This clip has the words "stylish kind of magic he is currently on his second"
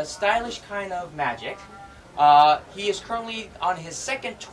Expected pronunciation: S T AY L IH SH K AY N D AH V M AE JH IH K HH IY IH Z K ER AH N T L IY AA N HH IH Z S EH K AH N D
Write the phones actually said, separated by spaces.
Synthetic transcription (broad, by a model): S T AY L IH SH K AY N D AH V M AE JH IH K HH IY IH Z K ER AH N T L IY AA N IH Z S EH K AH N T